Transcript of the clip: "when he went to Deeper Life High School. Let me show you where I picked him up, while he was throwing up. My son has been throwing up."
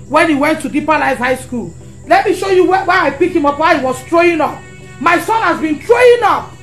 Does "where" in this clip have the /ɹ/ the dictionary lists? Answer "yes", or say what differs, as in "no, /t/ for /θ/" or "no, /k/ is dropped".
no, /w/ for /ɹ/